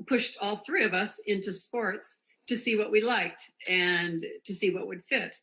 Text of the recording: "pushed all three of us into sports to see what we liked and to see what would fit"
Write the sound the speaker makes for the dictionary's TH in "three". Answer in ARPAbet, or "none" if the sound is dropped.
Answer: TH